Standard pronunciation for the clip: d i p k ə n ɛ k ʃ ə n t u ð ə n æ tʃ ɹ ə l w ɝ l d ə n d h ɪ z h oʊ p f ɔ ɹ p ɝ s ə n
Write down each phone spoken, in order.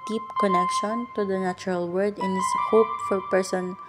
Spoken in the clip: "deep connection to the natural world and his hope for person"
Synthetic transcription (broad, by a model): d i p k ə n ɛ k ʃ ə n t u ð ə n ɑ tʃ ɹ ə l w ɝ d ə n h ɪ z h oʊ p f ɔ ɹ p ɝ s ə n